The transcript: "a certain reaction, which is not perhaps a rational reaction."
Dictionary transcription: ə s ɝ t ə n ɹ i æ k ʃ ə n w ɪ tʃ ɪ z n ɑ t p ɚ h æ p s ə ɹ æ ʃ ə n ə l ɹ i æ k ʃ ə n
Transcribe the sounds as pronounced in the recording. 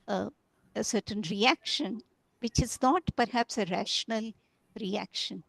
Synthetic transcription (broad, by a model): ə s ɝ t ə n ɹ i æ k ʃ ə n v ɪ tʃ ɪ z n ɑ t p ɚ h æ p s ə ɹ æ ʃ ə n ə l ɹ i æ k ʃ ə n